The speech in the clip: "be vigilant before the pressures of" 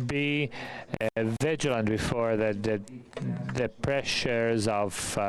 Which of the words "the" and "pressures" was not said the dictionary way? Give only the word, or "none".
none